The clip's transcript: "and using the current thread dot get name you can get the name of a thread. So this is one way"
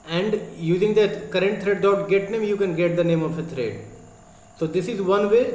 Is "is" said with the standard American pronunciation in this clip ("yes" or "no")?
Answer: yes